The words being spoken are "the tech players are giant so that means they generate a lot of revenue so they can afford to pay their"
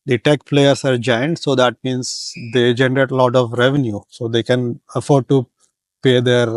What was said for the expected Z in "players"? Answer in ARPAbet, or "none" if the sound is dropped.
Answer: S